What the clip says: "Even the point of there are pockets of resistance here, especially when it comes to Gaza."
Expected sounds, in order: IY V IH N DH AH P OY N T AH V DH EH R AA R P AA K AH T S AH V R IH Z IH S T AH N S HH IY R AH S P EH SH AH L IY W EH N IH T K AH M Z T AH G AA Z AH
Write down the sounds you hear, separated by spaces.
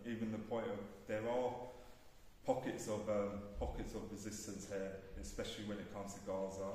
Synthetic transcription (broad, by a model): IY V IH N DH AH P OY N T AH V DH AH R AA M P AA K AH T S AH V R IH Z IH S T AH N S HH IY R AH S P EH SH AH L IY W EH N IH T K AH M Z T AH G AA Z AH